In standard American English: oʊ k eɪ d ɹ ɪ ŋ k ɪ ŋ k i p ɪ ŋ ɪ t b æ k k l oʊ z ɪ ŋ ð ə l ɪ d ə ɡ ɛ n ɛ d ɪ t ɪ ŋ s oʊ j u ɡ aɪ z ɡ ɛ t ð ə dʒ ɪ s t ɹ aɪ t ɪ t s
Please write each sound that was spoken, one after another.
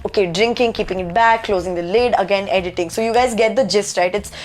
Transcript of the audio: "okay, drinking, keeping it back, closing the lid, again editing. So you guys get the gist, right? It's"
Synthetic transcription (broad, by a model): oʊ k eɪ d ɹ ɪ ŋ k ɪ ŋ k i p ɪ ŋ ɪ t b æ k k l oʊ z ɪ ŋ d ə l ɪ d ə ɡ ɛ n ɛ d ɪ t ɪ ŋ s oʊ j u ɡ aɪ z ɡ ɛ t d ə dʒ ɪ s t ɹ aɪ t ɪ t s